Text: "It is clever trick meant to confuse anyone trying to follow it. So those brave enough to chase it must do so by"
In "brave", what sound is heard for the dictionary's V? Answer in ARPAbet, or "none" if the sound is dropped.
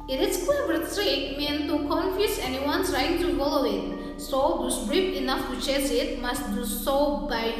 P